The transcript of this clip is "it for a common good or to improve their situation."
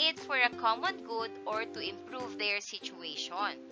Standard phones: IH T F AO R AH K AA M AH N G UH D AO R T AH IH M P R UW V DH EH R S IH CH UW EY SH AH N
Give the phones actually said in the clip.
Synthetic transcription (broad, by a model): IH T F AO R AH K AA M AH N G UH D AO R T AH IH M P R UW V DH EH R S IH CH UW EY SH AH N